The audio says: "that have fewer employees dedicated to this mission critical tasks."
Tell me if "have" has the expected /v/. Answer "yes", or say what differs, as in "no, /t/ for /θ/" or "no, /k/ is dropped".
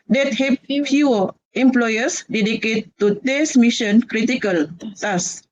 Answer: no, /p/ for /v/